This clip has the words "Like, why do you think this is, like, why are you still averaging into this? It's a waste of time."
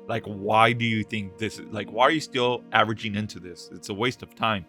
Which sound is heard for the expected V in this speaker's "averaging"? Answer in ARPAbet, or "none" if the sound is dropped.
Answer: V